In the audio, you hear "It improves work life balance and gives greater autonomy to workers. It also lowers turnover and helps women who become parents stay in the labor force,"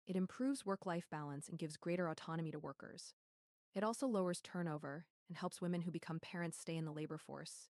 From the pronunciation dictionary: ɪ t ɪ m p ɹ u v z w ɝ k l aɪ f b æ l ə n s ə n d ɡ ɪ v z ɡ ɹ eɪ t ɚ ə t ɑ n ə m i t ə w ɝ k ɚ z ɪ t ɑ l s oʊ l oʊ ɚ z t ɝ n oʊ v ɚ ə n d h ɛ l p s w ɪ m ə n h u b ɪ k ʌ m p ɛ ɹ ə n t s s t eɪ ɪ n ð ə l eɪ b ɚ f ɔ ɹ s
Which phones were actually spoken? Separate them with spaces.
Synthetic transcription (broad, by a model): ɪ t ɪ m p ɹ u v z w ɝ k l aɪ f b æ l ə n s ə n ɡ ɪ v z ɡ ɹ eɪ t ɚ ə t ɑ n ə m i t ə w ɝ k ɚ z ɪ t ɑ l s oʊ l oʊ ɚ z t ɝ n oʊ v ɚ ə n h ɛ l p s w ɪ m ə n h u b ɪ k ʌ m p ɛ ɹ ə n t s s t eɪ ɪ n ð ə l eɪ b ɚ f ɔ ɹ s